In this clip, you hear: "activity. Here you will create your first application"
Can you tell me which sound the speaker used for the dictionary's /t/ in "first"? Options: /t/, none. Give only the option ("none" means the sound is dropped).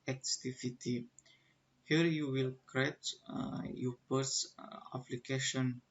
none